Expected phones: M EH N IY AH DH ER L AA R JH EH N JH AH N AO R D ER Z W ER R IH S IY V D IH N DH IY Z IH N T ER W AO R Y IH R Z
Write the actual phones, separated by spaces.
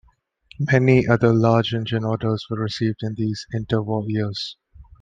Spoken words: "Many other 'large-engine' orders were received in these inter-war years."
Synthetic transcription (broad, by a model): M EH N IY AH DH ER L AA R JH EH N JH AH N AO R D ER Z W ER R IH S IY V D IH N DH IY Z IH N T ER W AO L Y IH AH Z